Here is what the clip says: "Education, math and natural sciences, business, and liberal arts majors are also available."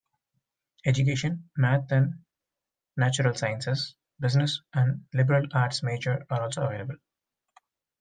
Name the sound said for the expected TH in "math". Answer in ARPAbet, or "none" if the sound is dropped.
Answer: T